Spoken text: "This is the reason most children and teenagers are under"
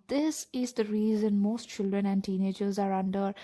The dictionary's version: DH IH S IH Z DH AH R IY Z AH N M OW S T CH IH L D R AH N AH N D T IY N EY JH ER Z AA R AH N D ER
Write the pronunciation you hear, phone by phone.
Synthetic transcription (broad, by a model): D IH S IH Z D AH R IY Z AH N M OW S T CH IH L D R AH N AH N D T IY N EY JH ER Z AA R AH N D ER